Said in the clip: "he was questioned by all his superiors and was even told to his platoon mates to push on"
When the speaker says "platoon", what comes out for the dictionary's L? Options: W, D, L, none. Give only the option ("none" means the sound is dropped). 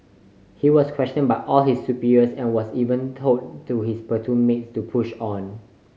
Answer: none